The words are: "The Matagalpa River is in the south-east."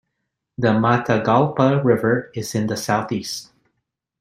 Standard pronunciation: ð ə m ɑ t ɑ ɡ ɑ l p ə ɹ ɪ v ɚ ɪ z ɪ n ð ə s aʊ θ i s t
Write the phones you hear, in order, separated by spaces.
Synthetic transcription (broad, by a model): ð ə m ɑ t ɑ ɡ ɑ l p ə ɹ ɪ v ɚ ɪ z ɪ n ð ə s aʊ θ i s t